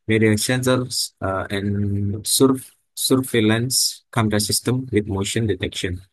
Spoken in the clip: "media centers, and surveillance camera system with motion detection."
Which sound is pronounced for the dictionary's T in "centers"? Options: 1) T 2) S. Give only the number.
2